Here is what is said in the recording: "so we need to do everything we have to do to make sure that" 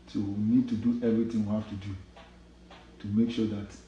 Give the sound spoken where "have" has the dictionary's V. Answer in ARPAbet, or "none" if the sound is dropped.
F